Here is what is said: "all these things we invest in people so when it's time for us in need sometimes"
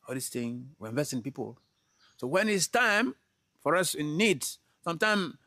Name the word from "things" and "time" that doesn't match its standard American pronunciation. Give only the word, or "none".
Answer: things